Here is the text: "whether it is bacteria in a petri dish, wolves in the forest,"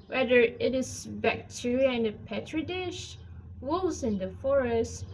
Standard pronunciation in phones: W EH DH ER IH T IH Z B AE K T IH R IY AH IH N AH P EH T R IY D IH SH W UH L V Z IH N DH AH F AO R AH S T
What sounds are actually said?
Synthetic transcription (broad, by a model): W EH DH ER IH T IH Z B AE K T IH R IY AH IH N AH P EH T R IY D IH SH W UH L Z IH N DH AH F AO R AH S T